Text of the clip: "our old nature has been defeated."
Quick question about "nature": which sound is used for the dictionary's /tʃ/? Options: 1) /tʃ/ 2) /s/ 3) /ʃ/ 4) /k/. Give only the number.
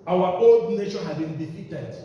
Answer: 3